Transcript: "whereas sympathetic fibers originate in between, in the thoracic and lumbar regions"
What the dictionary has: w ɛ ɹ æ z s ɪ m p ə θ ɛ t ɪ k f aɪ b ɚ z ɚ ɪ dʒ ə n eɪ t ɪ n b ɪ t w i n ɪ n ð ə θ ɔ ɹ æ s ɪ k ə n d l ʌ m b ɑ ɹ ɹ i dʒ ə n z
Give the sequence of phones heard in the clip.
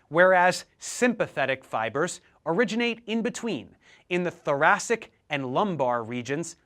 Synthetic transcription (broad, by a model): w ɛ ɹ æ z s ɪ m p ə θ ɛ t ɪ k f aɪ b ɚ z ɚ ɪ dʒ ə n eɪ t ɪ n b ɪ t w i n ɪ n ð ə θ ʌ ɹ æ s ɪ k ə n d l ʌ m b ɑ ɹ ɹ i dʒ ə n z